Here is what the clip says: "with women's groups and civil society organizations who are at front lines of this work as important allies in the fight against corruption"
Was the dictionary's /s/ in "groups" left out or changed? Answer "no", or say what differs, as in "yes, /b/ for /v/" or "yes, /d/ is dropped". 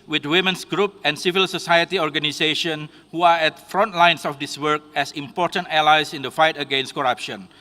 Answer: yes, /s/ is dropped